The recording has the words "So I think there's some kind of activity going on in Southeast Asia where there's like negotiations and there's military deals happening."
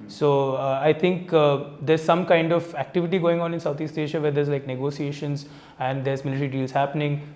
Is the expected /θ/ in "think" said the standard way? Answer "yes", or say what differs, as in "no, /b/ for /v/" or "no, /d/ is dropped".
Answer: no, /t/ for /θ/